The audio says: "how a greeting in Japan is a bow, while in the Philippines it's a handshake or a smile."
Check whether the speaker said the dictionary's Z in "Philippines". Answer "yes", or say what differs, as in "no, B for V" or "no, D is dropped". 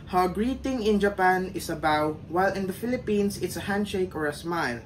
no, S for Z